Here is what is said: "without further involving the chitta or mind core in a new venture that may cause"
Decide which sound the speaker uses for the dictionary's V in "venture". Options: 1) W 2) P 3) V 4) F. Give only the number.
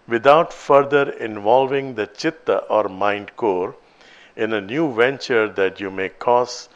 3